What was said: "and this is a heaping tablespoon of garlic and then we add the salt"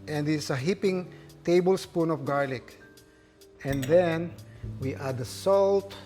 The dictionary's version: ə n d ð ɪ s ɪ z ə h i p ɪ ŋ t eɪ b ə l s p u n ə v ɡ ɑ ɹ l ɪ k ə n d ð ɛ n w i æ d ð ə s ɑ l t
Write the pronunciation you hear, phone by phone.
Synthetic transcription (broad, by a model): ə n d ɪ s ə h i p ɪ ŋ t eɪ b ə l s p u n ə f ɡ ɑ ɹ l ɪ k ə n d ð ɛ n w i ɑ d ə s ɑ l t